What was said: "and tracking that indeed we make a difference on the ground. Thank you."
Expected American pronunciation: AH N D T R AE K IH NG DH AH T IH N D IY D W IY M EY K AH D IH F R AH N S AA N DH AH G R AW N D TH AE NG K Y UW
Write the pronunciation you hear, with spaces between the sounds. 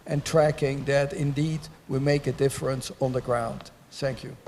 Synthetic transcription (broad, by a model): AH N T R AE K IH NG DH AH T IH N D IY D W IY M EY K AH D IH F R AH N S N DH AH G R AW N D TH AE NG K Y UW